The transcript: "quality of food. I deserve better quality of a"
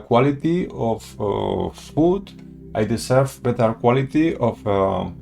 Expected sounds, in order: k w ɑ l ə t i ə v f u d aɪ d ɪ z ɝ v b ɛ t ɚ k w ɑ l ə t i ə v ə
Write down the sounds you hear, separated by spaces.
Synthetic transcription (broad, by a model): k w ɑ l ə t i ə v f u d aɪ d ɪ s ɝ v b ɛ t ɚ k w ɑ l ə t i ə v